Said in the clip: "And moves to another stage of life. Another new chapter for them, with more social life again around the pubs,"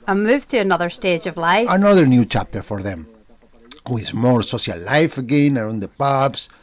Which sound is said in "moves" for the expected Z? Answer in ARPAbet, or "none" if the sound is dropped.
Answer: none